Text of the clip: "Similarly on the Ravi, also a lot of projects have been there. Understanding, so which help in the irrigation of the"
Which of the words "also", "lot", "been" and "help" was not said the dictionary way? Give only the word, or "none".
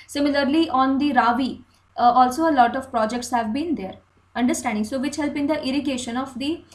help